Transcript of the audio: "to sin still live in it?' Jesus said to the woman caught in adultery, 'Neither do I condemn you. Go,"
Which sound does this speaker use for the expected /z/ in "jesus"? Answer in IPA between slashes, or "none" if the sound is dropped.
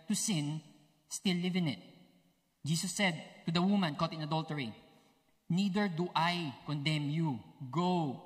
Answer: /s/